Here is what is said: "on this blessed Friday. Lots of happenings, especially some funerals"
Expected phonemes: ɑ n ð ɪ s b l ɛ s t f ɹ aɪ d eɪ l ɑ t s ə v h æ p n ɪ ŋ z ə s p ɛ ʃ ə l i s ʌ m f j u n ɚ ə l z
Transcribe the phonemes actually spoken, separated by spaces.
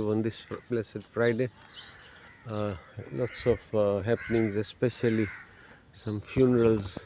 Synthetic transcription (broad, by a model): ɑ n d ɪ s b l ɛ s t f ɹ aɪ d eɪ l ɑ t s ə f h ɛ p n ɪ ŋ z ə s p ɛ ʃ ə l i s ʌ m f j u n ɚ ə l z